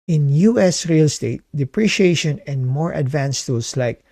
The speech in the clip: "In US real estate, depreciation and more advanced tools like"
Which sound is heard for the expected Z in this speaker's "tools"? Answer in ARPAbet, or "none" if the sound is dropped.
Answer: S